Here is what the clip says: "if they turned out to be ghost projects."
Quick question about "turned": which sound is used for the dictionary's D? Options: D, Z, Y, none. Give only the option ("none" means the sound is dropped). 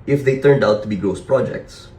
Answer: D